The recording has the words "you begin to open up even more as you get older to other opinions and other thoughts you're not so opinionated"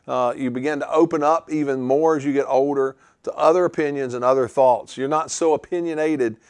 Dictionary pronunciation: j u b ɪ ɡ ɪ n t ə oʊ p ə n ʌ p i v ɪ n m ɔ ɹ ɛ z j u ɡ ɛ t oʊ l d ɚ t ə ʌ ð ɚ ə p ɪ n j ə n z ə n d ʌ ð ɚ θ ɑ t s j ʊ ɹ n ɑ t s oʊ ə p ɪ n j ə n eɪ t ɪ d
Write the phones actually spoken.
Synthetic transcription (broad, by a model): j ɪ b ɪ ɡ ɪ n t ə oʊ p ə n ʌ p i v ɪ n m ɔ ɹ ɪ z j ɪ ɡ ɛ t oʊ l d ɚ t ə ʌ ð ɚ ə p ɪ n j ə n z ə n ʌ ð ɚ θ ɑ t s j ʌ ɹ n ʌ t s oʊ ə p ɪ n j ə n eɪ t ɪ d